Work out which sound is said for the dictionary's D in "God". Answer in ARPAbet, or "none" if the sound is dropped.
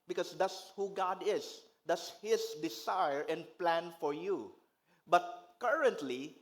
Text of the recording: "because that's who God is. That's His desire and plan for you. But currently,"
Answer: D